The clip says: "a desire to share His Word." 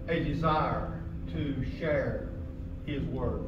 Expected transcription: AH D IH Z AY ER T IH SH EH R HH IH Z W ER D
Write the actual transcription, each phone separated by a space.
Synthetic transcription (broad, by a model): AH D IH Z AY ER T IH SH EH R HH IH Z W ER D